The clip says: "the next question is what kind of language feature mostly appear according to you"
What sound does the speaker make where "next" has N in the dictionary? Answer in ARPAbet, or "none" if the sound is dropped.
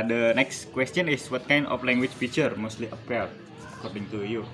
N